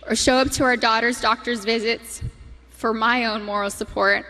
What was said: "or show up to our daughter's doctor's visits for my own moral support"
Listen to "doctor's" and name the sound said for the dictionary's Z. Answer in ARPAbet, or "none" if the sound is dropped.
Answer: Z